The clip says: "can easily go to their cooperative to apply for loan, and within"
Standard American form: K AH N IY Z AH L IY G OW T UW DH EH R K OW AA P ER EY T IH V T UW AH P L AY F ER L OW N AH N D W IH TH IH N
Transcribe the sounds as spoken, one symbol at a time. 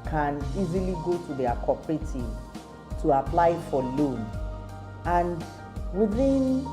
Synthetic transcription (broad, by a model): K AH N IY Z AH L IY G OW T UW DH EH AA K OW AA P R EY T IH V T UW AH P L AY F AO L OW N AH N D W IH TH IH N